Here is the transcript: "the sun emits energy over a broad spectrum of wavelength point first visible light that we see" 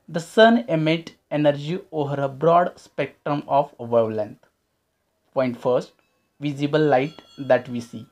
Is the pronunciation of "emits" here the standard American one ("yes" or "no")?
no